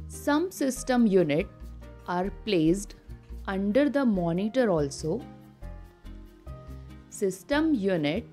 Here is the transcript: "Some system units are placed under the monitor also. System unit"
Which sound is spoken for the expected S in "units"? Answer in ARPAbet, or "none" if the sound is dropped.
none